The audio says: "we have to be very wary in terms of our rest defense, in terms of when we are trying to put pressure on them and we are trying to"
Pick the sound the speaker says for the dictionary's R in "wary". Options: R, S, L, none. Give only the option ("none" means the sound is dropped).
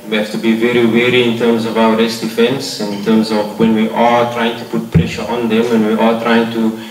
R